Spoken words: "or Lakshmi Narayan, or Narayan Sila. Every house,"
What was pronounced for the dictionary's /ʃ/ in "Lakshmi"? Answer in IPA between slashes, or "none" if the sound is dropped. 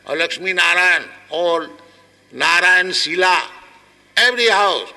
/s/